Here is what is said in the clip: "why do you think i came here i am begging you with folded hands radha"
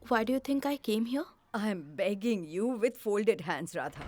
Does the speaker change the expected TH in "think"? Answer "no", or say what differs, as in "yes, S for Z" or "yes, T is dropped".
yes, T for TH